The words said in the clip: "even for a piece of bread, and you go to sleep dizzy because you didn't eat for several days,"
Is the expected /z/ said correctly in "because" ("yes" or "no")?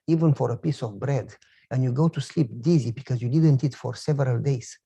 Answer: yes